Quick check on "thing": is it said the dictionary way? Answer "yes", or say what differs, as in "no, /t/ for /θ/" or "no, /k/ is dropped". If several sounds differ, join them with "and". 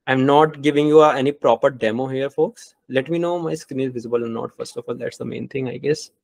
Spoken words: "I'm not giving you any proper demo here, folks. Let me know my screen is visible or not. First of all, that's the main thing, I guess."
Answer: no, /t/ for /θ/